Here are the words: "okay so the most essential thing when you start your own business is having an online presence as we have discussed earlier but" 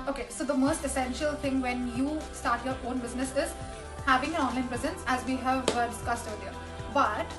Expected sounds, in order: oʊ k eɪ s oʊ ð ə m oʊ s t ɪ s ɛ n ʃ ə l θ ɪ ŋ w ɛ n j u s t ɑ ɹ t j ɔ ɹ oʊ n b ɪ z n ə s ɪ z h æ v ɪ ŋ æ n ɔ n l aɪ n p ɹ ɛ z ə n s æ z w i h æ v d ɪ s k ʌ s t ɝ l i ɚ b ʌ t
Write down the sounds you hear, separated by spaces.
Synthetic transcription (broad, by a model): oʊ k eɪ s oʊ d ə m oʊ s t ɪ s ɛ n ʃ ə l t ɪ ŋ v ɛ n j u s t ɑ ɹ t j ɔ ɹ oʊ n b ɪ z n ə s ɪ z h æ v ɪ ŋ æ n ɔ n l aɪ n p ɹ ɛ z ə n s æ z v i h æ v d ɪ s k ʌ s t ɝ l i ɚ b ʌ t